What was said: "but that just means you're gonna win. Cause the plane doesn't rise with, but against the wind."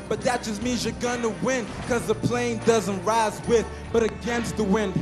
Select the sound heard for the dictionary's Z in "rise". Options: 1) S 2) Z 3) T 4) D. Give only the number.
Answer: 2